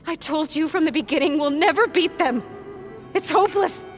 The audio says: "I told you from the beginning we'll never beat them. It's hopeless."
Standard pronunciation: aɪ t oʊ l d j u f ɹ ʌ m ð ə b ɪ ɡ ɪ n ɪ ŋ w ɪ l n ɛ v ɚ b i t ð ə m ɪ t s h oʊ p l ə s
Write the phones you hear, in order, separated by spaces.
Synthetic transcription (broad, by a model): aɪ t oʊ l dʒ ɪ f ɹ ʌ m ð ə b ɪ ɡ ɪ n ɪ ŋ w ɪ l n ɛ v ɚ b i t ð ə m ɪ t s h oʊ p l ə s